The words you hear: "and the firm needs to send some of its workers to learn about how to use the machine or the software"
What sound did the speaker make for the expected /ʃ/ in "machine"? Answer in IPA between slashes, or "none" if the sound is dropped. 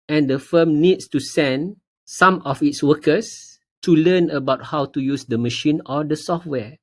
/ʃ/